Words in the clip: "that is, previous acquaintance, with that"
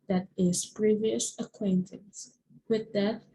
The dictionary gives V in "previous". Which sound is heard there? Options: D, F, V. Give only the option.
V